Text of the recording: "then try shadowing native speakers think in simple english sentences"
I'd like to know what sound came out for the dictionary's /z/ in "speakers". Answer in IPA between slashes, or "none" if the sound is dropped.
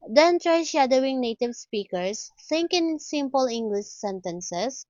/s/